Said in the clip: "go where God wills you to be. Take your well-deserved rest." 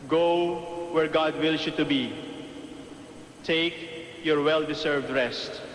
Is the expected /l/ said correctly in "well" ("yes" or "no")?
yes